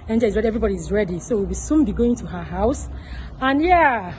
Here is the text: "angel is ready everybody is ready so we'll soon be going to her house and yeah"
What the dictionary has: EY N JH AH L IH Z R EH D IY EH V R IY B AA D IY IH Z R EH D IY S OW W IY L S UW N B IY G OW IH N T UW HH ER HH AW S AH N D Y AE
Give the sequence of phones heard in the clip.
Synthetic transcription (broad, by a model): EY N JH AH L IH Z R EH D IY EH V R IY B AA D IY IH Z R EH D IY S OW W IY W S UW N B IY G OW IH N T UW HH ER HH AW S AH N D Y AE